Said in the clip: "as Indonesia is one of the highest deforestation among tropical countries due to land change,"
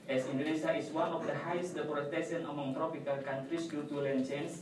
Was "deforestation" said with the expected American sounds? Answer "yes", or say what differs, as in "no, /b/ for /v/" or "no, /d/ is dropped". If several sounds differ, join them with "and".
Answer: no, /p/ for /f/